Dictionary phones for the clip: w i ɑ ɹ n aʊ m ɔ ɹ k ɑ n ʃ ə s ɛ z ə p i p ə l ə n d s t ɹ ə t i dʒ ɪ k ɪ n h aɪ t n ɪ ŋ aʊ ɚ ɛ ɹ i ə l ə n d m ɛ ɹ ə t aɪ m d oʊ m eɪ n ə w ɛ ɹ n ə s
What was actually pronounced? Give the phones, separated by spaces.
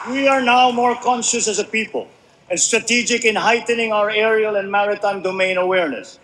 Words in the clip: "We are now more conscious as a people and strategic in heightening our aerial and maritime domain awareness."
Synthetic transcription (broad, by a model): w i ɑ ɹ n aʊ m ɔ ɹ k ɑ n ʃ ə s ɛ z ə p i p ə l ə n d s t ɹ ə t i dʒ ɪ k ɪ n h aɪ t n ɪ ŋ aʊ ɚ ɛ ɹ i ə l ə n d m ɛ ɹ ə t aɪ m d oʊ m eɪ n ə w ɛ ɹ n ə s